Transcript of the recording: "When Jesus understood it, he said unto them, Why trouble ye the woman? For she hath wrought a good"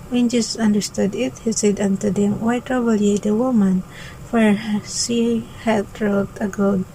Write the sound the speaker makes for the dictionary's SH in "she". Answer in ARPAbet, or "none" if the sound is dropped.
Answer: S